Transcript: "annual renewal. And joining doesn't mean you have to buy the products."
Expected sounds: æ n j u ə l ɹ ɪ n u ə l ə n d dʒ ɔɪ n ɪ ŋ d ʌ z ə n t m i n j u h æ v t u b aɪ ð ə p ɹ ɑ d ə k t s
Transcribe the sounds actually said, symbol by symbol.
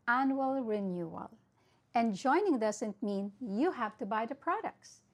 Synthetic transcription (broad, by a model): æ n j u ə l ɹ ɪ n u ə l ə n dʒ ɔɪ n ɪ ŋ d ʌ s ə n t m i n j u h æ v t u b aɪ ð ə p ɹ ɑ d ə k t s